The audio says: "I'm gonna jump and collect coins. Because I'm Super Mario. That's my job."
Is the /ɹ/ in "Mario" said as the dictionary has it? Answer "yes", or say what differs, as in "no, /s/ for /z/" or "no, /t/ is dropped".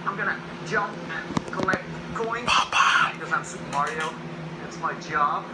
yes